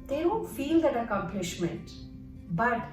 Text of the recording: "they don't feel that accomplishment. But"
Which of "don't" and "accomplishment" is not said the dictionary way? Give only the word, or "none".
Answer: none